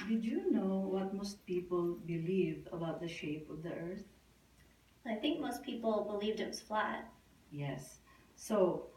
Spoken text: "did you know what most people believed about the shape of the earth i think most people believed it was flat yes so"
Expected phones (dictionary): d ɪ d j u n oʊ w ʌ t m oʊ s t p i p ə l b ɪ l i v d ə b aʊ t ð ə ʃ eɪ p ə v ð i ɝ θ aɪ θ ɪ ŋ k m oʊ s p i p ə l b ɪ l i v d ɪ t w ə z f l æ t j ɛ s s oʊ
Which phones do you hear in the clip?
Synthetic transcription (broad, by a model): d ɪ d j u n oʊ w ʌ t m oʊ s t p i p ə l b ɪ l i v ə b aʊ t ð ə ʃ eɪ p ə v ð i ɝ θ aɪ θ ɪ ŋ k m oʊ s p i p l b ɪ l i v d ɪ t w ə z f l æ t j ɛ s s oʊ